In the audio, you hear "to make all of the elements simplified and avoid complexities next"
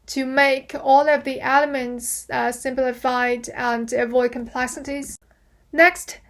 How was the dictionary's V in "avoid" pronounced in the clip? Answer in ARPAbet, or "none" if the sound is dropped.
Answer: V